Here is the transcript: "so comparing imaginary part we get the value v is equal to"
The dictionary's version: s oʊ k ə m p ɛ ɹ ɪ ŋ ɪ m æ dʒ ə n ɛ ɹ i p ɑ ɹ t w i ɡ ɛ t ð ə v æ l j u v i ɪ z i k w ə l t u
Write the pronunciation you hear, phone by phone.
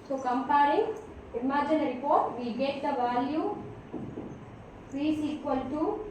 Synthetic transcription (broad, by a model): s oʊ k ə m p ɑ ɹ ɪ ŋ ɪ m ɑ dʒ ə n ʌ ɹ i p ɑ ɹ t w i ɡ ɛ t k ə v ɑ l j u f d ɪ s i k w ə l t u